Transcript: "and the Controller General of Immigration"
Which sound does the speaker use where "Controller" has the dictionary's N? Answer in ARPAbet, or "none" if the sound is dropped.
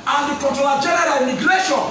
none